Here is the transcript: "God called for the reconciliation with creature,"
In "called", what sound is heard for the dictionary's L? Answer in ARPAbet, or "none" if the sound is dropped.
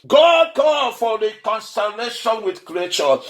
none